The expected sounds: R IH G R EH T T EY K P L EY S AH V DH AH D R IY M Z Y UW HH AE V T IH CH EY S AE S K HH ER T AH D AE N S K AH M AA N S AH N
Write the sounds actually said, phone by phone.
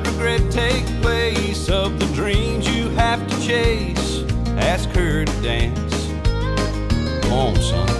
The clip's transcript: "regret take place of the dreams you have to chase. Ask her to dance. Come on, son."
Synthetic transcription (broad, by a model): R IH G R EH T T EY K P L EY S AH V DH AH D R IY M Z Y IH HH AE F T IH CH EY S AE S K ER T D AE N S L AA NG S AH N